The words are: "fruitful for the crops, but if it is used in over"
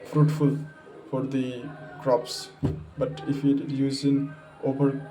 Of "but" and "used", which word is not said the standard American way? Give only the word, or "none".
used